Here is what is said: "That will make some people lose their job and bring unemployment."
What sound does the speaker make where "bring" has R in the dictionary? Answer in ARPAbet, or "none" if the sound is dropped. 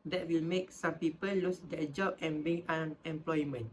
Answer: none